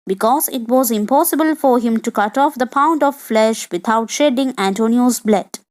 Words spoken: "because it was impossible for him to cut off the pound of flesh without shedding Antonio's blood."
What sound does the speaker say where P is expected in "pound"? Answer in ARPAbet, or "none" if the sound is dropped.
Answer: P